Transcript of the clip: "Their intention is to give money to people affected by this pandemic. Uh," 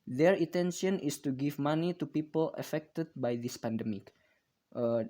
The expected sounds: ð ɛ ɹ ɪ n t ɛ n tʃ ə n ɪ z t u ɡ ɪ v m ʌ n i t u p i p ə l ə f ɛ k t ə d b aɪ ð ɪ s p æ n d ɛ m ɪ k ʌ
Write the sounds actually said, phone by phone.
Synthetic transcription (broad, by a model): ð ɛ ɹ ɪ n t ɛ n ʃ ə n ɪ s t u ɡ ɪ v m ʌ n i t u p i p ə l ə f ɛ k t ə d b aɪ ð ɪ s p æ n d ɛ m ɪ k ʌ